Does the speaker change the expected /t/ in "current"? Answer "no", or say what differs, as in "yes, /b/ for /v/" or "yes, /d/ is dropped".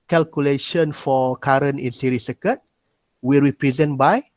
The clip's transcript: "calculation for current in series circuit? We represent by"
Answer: yes, /t/ is dropped